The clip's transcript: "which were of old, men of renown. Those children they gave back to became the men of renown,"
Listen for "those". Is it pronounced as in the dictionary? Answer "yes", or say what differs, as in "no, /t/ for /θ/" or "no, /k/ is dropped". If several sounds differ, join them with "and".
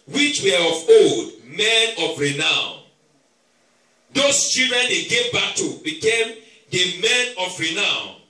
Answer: no, /s/ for /z/